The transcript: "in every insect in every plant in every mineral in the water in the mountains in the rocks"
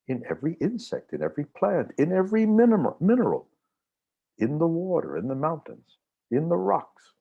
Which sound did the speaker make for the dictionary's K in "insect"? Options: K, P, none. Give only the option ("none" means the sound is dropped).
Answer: K